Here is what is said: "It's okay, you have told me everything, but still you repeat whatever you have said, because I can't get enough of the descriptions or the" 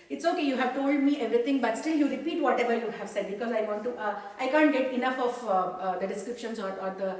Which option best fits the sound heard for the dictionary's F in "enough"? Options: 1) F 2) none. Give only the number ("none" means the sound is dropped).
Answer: 1